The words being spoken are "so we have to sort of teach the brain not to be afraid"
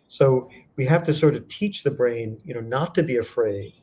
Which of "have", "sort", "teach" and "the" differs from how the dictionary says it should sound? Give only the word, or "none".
have